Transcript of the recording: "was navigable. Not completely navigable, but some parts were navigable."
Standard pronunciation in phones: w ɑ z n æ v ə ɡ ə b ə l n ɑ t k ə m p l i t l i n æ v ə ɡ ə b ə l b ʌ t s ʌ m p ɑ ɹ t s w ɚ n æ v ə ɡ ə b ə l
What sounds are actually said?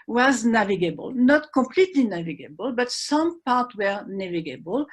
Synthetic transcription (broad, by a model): w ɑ z n æ v ə ɡ ə b ə l n ɑ t k ə m p l i t l i n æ v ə ɡ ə b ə l b ʌ t s ʌ m p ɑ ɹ t w ɚ n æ v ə ɡ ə b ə l